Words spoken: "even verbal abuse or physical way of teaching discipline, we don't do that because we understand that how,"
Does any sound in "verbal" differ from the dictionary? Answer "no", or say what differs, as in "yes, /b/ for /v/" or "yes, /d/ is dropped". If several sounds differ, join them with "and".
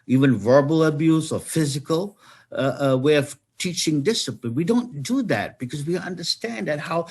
no